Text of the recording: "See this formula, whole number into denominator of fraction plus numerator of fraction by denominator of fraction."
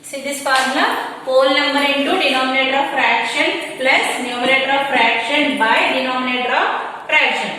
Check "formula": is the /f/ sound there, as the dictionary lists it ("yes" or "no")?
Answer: no